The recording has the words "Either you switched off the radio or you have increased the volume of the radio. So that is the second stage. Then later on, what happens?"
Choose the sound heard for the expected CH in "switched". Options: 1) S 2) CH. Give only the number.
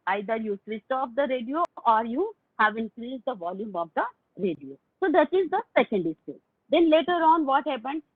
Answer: 1